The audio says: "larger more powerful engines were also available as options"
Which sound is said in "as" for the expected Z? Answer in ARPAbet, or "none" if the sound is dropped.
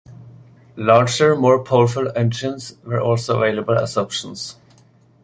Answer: S